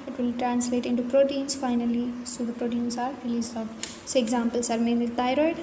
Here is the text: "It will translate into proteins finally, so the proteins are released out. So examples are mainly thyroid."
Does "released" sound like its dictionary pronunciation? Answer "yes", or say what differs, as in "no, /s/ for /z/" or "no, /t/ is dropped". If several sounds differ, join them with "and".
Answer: no, /t/ is dropped